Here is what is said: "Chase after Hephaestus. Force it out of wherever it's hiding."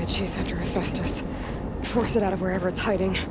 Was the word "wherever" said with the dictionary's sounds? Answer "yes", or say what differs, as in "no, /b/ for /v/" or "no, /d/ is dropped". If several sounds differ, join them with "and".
yes